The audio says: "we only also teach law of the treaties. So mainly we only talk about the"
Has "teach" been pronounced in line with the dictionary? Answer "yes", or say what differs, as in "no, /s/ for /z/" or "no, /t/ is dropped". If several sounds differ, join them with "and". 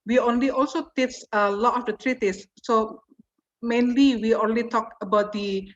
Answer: no, /s/ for /tʃ/